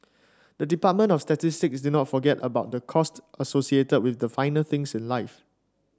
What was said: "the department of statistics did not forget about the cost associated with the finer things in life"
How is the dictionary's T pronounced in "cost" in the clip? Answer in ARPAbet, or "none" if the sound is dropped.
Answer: T